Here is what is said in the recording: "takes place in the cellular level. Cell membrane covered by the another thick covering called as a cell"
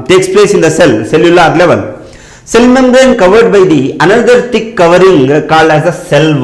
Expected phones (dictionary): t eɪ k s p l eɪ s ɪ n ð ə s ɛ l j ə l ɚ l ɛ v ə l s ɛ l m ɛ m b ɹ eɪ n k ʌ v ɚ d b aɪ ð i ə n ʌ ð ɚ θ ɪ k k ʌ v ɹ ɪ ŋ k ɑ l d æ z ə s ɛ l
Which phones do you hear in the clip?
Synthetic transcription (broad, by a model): t eɪ k s p l eɪ s ɪ n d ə s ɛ l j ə l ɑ l ɛ v ə l s ɛ l m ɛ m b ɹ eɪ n k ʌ v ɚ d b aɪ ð i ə n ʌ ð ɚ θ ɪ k k ʌ v ɹ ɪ ŋ k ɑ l æ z ə s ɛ l